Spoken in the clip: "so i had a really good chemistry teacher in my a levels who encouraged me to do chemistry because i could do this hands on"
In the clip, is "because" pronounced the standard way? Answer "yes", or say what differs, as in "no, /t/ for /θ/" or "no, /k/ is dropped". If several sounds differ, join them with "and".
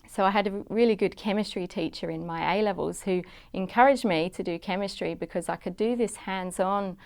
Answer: yes